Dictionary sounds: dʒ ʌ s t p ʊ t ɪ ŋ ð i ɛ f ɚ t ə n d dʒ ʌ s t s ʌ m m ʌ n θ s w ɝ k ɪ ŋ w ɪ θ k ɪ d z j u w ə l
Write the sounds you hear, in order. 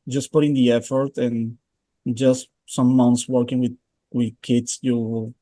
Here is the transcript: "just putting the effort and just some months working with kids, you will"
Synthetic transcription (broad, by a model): dʒ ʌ s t p ʊ t ɪ ŋ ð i ɛ f ɚ t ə n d dʒ ʌ s t s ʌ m m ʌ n s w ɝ k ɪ ŋ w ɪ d k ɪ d s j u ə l